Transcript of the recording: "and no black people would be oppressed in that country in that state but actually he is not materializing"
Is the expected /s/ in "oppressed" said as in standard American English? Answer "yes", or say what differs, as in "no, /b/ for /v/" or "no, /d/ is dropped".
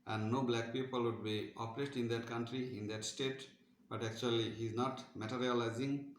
no, /s/ is dropped